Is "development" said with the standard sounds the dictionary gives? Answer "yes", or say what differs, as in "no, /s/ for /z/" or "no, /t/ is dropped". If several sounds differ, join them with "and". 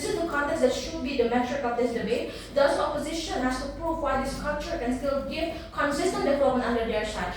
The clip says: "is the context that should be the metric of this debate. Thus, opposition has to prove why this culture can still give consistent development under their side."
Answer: no, /p/ is dropped and /t/ is dropped